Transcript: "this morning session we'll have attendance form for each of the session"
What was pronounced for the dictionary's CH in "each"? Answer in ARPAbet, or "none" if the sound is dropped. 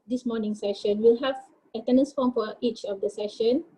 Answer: CH